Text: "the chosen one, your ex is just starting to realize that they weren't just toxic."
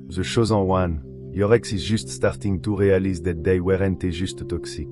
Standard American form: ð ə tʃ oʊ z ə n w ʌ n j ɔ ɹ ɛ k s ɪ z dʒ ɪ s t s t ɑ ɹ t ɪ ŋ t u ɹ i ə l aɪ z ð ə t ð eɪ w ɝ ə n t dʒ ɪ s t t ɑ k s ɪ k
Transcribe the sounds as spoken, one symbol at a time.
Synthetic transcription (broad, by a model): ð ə ʃ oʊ z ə w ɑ n j ɔ ɹ ɛ k s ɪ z ʒ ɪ s t s t ɑ ɹ t ɪ ŋ t u ɹ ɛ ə l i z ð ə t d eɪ w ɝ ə n t ʒ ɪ s t t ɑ k s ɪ k